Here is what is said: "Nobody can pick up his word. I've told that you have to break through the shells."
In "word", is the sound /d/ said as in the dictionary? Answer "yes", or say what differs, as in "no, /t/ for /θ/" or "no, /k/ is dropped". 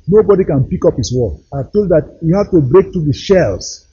no, /d/ is dropped